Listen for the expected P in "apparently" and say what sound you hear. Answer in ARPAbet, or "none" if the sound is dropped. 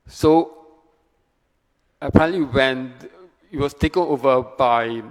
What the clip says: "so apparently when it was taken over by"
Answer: none